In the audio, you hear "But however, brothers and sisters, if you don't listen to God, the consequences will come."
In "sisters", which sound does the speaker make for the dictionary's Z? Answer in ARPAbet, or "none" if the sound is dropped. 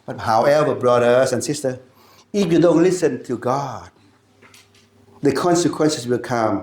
none